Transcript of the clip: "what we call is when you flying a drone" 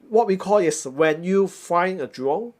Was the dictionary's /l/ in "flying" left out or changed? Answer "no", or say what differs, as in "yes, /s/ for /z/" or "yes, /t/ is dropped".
yes, /l/ is dropped